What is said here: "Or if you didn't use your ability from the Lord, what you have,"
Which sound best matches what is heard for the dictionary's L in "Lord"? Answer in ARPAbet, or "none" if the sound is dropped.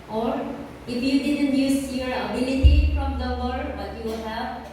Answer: W